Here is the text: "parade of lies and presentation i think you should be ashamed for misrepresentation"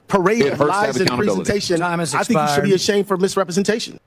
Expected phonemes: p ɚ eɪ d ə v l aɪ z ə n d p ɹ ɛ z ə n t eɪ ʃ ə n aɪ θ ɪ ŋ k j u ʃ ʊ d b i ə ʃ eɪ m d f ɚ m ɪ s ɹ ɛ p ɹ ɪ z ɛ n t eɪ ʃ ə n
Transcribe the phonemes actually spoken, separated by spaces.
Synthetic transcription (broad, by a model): p ɚ eɪ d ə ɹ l aɪ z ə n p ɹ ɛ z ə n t eɪ ʃ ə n aɪ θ ɪ k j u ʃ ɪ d b i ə ʃ eɪ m f ɚ m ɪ s ɹ ɛ p ɹ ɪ z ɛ n t eɪ ʃ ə n